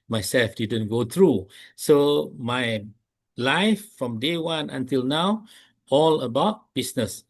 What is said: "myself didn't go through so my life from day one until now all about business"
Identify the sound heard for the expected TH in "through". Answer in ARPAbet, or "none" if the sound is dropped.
T